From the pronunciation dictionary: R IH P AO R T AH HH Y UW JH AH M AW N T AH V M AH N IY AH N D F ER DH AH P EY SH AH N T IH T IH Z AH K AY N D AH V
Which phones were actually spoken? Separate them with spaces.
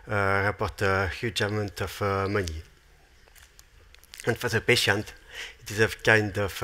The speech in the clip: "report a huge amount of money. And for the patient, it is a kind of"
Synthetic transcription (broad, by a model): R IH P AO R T AH HH Y UW JH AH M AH N T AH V M AH N IY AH N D F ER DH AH P EY SH AH N T IH T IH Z AH K AY N D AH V